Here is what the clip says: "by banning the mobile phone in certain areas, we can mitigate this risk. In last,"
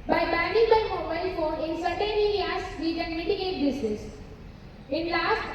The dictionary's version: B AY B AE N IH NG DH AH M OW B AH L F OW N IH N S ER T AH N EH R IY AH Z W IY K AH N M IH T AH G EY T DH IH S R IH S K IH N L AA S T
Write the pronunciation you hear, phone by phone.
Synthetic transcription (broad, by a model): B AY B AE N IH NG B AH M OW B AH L F OW N IH N S ER T AH N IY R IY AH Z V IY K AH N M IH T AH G EY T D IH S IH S IH N L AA S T